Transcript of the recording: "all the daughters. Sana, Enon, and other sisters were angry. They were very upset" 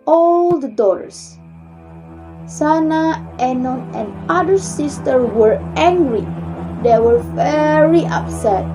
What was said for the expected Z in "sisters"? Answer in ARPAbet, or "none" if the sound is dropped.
none